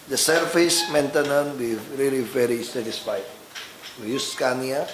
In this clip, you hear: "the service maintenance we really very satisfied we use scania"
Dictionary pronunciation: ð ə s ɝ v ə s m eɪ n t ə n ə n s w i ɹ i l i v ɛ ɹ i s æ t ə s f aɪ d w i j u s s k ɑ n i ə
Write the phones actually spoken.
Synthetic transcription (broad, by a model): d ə s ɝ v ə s m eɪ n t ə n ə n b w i ɹ i l i v ɛ ɹ i s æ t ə s f aɪ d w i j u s s k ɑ n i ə